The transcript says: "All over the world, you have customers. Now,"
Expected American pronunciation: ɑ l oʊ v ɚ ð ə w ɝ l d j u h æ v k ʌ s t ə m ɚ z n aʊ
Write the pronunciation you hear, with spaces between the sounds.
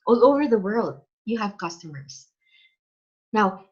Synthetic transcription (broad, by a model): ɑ l oʊ v ɚ ð ə w ɝ l d j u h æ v k ʌ s t ə m ɚ z n aʊ